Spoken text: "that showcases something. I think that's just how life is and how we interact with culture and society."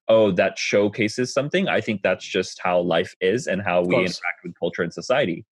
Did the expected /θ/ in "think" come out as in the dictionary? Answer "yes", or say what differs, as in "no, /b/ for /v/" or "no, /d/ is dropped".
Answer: yes